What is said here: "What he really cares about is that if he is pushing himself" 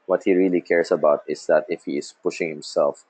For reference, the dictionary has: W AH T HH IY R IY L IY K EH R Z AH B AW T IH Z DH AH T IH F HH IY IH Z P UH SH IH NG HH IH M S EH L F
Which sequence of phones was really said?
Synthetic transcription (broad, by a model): W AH T HH IY R IY L IY K EH R S AH B AW T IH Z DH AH T IH F HH IY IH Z P UH SH IH NG HH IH M S EH L F